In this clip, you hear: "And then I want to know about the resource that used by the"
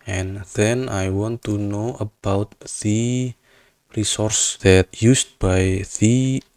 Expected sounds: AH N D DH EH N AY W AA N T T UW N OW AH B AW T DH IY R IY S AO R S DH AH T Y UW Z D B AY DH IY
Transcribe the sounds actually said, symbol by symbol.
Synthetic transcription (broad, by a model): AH N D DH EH N AY W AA N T T UW N OW AH B AW T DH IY R IY S AO R S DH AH T Y UW S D B AY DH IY